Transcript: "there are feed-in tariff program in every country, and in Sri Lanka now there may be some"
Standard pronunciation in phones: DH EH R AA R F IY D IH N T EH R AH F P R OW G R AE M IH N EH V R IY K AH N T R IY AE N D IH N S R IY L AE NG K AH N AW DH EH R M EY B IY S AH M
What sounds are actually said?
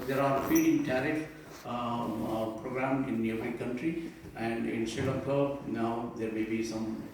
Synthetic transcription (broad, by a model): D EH R AA R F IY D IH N T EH R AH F P R OW G R AE M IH N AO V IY K AH N T R IY AE N D IH N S IY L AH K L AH N AW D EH R M EY B IY S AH M